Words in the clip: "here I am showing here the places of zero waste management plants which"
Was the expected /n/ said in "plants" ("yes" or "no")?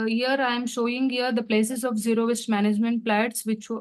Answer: no